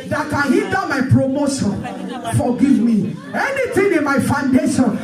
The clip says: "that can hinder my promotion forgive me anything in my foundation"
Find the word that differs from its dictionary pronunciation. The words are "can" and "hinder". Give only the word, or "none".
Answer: hinder